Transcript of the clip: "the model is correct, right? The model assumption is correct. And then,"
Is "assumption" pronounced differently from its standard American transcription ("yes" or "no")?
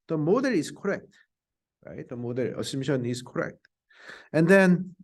yes